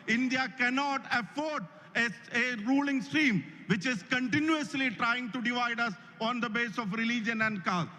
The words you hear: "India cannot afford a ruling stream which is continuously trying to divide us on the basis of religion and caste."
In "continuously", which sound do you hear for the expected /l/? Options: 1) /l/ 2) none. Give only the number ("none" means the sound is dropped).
1